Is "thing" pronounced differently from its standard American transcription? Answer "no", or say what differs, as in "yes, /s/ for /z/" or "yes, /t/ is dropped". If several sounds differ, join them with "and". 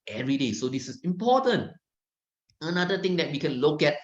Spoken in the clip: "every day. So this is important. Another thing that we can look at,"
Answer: yes, /t/ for /θ/